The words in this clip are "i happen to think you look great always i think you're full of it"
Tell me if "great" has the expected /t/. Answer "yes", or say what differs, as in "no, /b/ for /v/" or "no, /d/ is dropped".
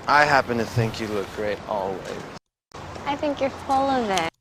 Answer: yes